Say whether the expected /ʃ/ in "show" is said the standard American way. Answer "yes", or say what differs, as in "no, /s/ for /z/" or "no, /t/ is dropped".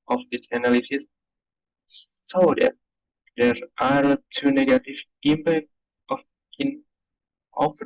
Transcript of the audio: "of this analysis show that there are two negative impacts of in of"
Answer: no, /s/ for /ʃ/